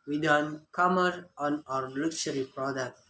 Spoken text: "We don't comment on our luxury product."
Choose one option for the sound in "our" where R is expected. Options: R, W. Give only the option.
R